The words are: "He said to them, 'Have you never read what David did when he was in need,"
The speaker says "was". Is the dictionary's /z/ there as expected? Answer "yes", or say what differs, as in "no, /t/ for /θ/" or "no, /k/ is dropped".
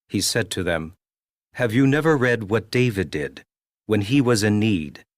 yes